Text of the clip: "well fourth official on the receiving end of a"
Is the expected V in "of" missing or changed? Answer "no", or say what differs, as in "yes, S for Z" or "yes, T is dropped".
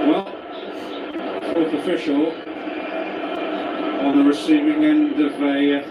no